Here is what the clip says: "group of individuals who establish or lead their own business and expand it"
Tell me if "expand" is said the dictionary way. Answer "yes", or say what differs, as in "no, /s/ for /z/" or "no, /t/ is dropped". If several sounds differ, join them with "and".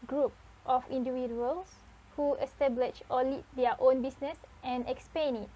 no, /d/ is dropped